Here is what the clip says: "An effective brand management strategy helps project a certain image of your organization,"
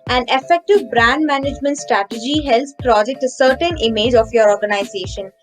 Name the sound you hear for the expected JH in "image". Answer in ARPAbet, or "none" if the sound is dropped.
JH